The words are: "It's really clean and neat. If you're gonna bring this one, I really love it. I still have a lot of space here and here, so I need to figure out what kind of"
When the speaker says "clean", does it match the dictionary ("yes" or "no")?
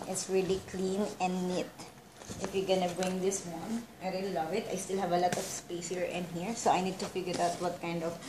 yes